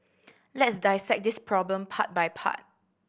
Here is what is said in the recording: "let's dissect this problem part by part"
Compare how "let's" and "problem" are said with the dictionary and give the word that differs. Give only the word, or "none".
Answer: none